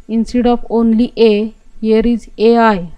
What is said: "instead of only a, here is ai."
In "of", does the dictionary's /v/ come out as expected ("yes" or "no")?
no